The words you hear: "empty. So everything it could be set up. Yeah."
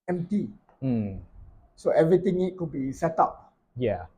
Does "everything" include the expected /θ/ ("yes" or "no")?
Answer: no